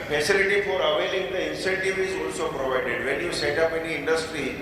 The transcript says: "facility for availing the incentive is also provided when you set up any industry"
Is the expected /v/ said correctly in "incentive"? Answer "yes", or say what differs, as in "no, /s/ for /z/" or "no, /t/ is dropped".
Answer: yes